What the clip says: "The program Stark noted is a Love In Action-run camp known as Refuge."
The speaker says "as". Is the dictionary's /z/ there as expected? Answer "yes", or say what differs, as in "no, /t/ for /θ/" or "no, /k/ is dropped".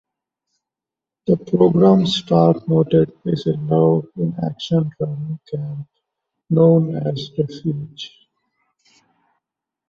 yes